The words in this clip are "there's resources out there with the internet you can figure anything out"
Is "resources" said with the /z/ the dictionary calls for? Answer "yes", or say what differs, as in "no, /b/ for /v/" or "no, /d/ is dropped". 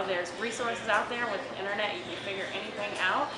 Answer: yes